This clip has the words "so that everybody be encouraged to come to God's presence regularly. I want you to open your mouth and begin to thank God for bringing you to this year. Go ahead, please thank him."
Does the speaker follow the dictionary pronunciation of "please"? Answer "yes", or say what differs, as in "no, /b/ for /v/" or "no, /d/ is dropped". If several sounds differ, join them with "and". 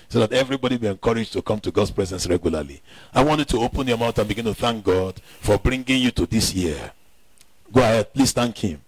no, /s/ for /z/